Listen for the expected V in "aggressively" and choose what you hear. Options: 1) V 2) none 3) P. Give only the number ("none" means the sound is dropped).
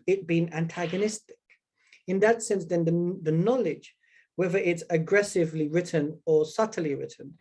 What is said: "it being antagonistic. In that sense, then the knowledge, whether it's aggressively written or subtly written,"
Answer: 1